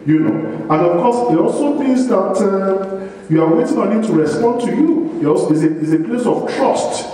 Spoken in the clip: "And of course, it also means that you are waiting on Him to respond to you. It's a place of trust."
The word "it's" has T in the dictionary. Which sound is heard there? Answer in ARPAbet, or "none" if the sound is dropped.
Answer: S